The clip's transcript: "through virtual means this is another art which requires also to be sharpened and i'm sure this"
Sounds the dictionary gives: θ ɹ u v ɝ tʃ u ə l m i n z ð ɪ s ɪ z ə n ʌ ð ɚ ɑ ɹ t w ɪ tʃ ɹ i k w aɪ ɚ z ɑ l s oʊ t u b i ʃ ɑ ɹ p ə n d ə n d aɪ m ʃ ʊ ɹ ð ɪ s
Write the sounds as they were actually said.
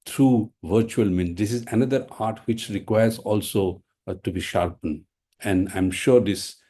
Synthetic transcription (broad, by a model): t ɹ u v ɝ tʃ u ə l m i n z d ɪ s ɪ z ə n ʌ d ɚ ɑ ɹ t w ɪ tʃ ɹ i k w aɪ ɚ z ɑ l s oʊ t u b i ʃ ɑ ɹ p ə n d ə n d aɪ m ʃ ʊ ɹ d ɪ s